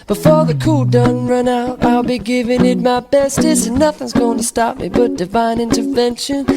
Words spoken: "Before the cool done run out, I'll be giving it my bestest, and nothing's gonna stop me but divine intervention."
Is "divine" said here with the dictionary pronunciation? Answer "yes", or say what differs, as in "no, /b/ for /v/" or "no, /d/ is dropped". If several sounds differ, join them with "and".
yes